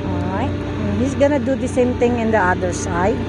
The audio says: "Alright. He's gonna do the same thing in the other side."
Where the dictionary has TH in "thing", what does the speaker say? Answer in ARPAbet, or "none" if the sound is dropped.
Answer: T